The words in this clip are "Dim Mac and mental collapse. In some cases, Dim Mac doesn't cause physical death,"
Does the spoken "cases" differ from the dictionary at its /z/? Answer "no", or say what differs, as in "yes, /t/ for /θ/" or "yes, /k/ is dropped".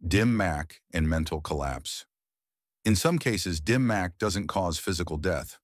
no